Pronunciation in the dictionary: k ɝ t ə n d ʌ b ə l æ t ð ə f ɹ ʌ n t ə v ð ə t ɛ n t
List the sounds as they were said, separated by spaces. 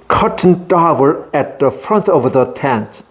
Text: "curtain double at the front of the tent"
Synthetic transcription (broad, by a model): k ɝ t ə n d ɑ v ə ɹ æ t ð ə f ɹ ʌ n t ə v ð ə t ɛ n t